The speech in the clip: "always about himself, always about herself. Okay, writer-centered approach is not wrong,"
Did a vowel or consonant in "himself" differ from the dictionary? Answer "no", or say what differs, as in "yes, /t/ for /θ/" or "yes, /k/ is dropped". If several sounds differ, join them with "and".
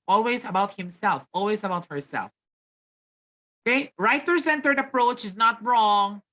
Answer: no